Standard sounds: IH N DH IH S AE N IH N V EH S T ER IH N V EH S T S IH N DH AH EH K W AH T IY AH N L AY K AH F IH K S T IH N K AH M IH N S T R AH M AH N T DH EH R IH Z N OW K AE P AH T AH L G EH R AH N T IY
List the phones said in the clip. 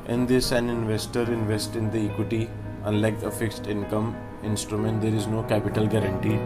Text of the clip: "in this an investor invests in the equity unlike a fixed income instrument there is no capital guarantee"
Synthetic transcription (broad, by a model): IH N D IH S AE N IH N V EH S T ER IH N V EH S T IH N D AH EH K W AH T IY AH N L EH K AH F IH K S T IH N K AH M IH N S T R AH M AH N T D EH R IH Z N OW K AE P AH T AH L G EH R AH N T IY